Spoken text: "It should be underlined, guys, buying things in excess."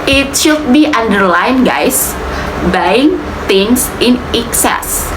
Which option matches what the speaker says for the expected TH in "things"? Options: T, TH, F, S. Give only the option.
T